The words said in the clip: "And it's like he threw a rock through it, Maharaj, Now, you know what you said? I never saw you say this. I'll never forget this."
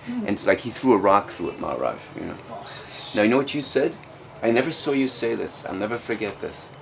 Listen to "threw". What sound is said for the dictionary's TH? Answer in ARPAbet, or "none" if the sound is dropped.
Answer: TH